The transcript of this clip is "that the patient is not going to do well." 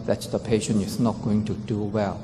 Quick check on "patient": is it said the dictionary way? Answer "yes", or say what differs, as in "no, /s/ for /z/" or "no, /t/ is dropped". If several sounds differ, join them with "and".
no, /t/ is dropped